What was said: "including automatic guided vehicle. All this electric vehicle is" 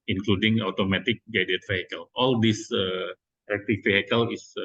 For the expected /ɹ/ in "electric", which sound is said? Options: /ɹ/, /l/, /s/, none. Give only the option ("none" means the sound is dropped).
none